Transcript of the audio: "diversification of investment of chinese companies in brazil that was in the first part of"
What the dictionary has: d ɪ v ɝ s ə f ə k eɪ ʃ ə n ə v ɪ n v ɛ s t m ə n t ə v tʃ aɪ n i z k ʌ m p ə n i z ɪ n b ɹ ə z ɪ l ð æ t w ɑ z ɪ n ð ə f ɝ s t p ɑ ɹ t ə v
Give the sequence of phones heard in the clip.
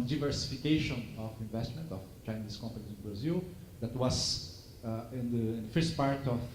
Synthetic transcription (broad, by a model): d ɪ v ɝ s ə f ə k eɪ ʃ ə n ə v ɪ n v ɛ s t m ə n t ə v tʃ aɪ n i s k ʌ m p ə n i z ɪ n b ɹ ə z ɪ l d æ t w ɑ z ɪ n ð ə f ɝ s t p ɑ ɹ t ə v